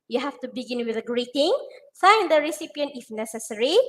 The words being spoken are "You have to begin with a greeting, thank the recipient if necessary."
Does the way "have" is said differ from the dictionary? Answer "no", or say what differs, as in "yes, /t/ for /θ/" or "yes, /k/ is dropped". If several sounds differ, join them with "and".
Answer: yes, /f/ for /v/